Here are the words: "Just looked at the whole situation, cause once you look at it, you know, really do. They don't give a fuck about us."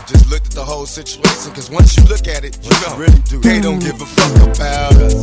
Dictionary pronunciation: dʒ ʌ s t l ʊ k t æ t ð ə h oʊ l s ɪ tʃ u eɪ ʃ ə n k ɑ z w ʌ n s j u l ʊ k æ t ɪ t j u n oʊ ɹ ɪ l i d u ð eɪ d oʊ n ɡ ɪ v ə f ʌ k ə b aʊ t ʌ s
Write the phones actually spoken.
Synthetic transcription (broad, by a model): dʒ ʌ s t l ʊ k t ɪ t ð ə h oʊ l s ɪ tʃ u eɪ ʃ ə n k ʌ z w ʌ n s j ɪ l ʊ k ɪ t ɪ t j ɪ n oʊ ɹ ɪ l i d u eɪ d oʊ n ɡ ɪ v ə f ʌ k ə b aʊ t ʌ